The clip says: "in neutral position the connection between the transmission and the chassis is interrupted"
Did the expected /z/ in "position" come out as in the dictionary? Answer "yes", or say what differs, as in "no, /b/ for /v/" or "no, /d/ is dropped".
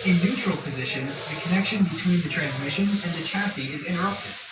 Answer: yes